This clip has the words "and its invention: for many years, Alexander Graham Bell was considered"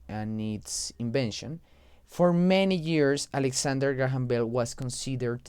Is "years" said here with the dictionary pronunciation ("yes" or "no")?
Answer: no